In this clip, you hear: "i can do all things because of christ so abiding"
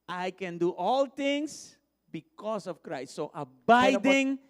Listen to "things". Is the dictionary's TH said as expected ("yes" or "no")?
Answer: no